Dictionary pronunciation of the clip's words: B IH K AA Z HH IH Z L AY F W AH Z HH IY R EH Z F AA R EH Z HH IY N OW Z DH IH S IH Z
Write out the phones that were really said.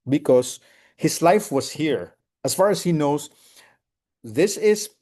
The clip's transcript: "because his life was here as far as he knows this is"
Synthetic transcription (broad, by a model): B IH K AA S HH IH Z L AY F W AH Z HH IY R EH S F AA R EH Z HH IY N OW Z DH IH S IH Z